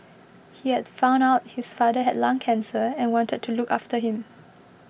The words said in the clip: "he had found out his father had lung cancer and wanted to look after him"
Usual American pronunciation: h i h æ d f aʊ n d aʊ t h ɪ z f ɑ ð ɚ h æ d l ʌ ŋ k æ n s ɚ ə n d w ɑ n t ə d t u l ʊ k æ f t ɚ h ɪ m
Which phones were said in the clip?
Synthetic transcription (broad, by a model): h i h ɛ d f aʊ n aʊ t h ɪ s f ɑ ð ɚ h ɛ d l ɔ ŋ k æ n s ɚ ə n w ɑ n t ə d t u l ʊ k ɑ f t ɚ h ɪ m